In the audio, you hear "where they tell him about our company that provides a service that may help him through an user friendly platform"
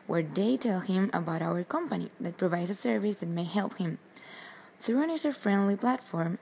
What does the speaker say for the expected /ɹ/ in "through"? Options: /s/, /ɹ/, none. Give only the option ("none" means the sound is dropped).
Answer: /ɹ/